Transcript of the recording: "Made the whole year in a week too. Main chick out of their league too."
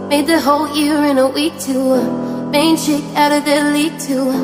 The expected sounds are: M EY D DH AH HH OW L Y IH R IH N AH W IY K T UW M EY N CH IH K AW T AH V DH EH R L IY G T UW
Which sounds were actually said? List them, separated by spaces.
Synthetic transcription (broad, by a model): M EY D DH AH HH OW L Y IH R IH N AH W IY K T UW M EY N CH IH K AW T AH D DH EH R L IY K T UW